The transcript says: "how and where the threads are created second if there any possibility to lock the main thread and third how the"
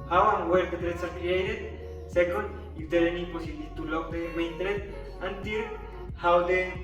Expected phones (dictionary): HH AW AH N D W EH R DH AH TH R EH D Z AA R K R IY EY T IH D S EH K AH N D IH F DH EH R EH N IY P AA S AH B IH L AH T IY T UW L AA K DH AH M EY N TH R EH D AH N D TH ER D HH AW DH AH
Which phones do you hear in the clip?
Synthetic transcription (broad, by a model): HH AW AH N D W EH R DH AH T R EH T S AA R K R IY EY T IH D S EH K AH N D IH F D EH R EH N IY P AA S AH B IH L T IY T UW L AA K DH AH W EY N T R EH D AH N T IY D HH AW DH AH